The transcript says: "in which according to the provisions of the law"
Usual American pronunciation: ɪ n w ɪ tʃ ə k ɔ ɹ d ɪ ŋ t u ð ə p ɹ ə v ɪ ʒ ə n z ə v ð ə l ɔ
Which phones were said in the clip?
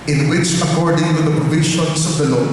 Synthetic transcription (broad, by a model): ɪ n w ɪ tʃ ə k ɔ ɹ d ɪ ŋ t u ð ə p ɹ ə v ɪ ʃ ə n s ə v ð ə l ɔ